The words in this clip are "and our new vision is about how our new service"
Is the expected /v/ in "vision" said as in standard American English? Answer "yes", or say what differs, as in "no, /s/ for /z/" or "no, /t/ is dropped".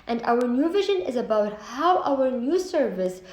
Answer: yes